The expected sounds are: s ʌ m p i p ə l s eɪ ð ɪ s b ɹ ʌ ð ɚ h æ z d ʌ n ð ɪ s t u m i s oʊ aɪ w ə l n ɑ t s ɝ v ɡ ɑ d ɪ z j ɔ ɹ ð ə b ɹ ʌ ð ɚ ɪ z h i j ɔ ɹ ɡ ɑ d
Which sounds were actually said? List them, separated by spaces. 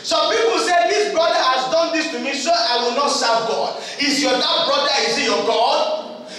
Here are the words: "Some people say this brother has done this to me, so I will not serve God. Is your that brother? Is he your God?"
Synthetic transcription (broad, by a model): s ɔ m p i p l s eɪ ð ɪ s b ɹ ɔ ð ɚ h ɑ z d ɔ n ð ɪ s t u m i s oʊ aɪ w ə l n ɑ t s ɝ v ɡ ɑ d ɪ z j ɔ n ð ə b ɹ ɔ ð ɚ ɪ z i j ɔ ɡ ɑ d